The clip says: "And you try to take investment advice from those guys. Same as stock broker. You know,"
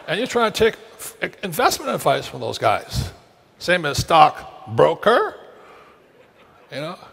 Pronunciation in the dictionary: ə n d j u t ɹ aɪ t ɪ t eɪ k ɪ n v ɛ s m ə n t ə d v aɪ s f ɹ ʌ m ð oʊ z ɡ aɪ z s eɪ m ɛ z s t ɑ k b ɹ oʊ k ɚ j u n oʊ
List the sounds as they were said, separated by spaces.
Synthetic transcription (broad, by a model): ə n j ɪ t ɹ aɪ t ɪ t eɪ k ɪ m v ɛ s m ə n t ə d v aɪ s f ɹ ʌ m ð oʊ z ɡ aɪ z s eɪ m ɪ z s t ɑ k b ɹ oʊ k ɚ j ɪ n oʊ